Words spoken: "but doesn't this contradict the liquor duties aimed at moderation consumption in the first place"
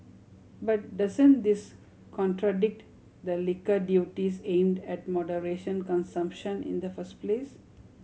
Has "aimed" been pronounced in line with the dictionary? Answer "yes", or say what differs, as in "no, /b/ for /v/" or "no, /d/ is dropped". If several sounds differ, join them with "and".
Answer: yes